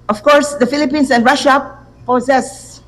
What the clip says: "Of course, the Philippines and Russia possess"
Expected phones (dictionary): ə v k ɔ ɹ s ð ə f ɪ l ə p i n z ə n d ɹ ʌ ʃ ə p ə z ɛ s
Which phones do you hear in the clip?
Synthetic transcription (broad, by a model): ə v k ɔ ɹ s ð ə f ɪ l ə p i n s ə n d ɹ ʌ ʃ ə p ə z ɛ s